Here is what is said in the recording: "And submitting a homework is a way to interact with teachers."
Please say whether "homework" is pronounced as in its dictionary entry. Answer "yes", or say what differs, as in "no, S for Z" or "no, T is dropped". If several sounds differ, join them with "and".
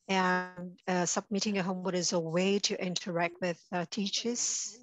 no, K is dropped